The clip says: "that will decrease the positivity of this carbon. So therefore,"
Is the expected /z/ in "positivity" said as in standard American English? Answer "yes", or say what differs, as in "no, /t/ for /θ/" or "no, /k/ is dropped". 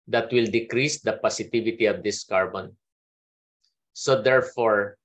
no, /s/ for /z/